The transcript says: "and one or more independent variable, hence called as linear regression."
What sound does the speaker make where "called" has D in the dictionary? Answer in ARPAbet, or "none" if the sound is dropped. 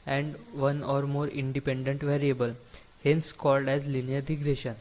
D